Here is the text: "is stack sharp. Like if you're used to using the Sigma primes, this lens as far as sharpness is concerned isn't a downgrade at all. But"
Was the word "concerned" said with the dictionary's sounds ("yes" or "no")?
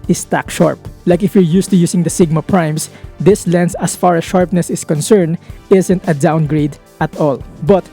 yes